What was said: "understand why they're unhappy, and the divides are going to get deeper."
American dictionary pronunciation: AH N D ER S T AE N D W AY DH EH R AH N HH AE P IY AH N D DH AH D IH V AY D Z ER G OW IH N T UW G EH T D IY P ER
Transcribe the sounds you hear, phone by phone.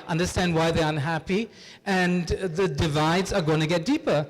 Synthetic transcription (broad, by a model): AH N D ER S T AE N D W AY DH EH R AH N HH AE P IY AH N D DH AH D IH V AY D Z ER G OW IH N T UW G EH T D IY P ER